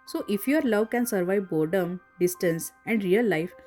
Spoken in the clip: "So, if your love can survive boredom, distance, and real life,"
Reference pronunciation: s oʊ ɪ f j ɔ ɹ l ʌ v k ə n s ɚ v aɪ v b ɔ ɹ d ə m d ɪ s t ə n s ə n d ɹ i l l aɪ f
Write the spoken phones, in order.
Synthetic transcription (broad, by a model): s oʊ ɪ f j ɔ ɹ l ʌ v k ə n s ɚ v aɪ v b ɔ ɹ d ə m d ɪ s t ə n s ə n d ɹ i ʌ l aɪ f